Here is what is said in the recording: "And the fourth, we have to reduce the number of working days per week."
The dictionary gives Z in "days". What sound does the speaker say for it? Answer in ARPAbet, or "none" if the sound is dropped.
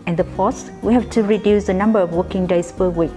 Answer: S